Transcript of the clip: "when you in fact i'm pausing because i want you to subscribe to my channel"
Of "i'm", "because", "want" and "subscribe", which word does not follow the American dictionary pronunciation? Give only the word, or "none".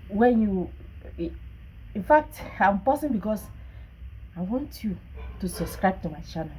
because